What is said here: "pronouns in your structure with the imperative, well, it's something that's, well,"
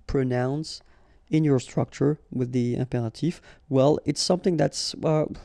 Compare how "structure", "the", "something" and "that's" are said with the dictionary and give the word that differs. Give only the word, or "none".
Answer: none